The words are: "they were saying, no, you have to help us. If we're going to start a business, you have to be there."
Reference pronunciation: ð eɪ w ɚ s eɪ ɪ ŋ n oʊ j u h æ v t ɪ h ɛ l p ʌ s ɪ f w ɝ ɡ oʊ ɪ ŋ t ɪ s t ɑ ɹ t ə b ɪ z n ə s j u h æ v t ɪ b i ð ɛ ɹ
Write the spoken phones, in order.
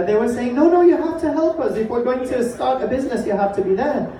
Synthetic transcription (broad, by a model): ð eɪ w ɚ s eɪ ɪ ŋ n oʊ j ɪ h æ f t ɪ h ɛ l p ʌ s ɪ f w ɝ ɡ oʊ ɪ ŋ t ɪ s t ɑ ɹ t ə b ɪ z n ə s j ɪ h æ f t ɪ b i ð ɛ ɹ